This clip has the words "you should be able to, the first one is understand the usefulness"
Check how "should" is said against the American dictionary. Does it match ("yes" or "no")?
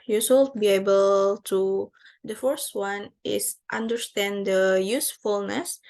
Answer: no